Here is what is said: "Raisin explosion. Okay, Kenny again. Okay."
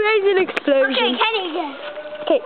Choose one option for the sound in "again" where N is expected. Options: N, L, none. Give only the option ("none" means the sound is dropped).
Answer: none